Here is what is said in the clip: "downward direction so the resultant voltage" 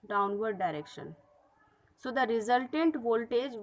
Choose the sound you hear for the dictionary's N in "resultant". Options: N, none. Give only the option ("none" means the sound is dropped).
N